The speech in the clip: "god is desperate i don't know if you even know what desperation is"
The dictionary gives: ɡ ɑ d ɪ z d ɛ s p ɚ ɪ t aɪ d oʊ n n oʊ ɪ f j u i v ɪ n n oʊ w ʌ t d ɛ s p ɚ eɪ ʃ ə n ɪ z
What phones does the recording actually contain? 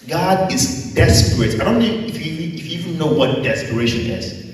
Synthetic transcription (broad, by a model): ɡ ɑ d ɪ z d ɛ s p ɚ ɪ t aɪ d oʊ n n oʊ ɪ f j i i f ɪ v n oʊ w ʌ t d ɛ s p ɚ eɪ ʃ ə n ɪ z